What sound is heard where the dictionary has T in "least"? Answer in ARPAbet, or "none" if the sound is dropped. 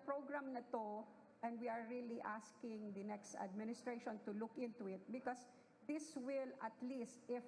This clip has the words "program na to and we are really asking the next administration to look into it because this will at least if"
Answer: T